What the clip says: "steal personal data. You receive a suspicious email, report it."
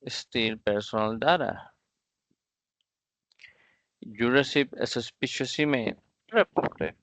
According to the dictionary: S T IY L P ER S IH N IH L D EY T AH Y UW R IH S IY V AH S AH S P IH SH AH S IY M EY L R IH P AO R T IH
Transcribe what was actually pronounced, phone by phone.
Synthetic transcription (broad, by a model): S T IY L P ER S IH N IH L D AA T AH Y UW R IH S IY P AH S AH S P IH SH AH S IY M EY N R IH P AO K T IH